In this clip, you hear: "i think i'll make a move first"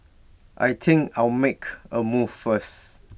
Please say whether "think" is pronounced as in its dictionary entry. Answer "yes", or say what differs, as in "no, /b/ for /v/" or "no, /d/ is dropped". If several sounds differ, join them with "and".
no, /t/ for /θ/